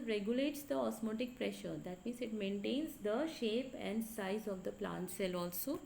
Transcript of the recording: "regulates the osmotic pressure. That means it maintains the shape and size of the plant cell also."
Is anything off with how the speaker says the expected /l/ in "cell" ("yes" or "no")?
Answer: no